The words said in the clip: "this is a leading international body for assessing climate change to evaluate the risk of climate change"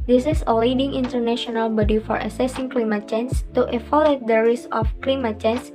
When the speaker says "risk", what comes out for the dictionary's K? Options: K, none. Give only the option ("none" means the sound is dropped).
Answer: none